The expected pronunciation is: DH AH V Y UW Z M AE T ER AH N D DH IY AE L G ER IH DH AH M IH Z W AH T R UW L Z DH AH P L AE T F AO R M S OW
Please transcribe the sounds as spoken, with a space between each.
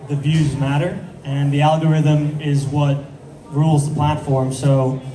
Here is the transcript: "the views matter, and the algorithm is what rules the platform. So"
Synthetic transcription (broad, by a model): DH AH V Y UW Z M AE T ER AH N DH IY AE L G ER IH DH AH M IH Z W AH T R UW L Z DH AH P L AE T F AO R M S OW